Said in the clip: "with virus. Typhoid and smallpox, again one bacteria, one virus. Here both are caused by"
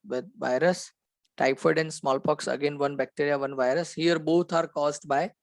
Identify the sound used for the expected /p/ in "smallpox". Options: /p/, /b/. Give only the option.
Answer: /p/